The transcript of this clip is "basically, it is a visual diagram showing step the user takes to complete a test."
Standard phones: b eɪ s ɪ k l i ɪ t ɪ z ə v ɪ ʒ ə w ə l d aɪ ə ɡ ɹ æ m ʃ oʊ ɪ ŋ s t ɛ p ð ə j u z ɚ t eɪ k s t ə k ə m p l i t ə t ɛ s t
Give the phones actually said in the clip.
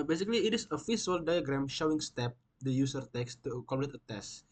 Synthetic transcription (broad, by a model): b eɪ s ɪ k l i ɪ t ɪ s ə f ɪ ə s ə l d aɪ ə ɡ ɹ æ m ʃ oʊ ɪ ŋ s t ɛ p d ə j u s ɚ t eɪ k s t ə k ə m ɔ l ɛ t ə t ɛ s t